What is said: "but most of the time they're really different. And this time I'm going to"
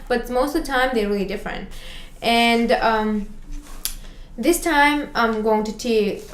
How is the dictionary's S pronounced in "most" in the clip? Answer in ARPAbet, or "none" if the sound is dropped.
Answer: none